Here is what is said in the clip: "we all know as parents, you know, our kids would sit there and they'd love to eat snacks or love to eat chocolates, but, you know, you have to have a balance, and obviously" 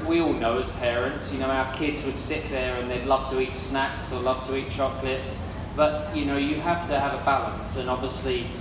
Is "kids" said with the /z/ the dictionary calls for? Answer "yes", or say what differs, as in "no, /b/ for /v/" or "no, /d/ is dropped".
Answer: yes